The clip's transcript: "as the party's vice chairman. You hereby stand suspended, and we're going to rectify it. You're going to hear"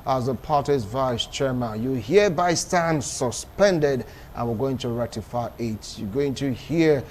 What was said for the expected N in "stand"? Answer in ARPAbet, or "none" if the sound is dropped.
N